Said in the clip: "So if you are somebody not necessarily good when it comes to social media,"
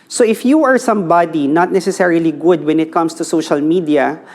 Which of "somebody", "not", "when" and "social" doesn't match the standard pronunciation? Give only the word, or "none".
none